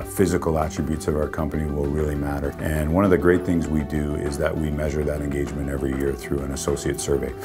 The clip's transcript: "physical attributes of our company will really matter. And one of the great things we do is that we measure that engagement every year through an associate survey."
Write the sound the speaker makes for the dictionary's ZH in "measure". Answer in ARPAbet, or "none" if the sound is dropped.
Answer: ZH